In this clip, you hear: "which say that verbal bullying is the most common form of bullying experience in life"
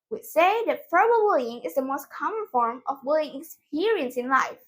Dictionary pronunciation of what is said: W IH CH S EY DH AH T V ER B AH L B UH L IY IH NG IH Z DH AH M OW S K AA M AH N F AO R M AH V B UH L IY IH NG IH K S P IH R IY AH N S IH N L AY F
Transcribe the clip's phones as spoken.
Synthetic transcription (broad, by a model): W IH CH S EY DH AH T F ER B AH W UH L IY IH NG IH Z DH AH M OW S K AA M AH N F AO R M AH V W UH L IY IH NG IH K S P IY R IY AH N S IH N L AY F